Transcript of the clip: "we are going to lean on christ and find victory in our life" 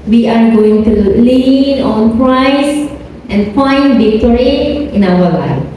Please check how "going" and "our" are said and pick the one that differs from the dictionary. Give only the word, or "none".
our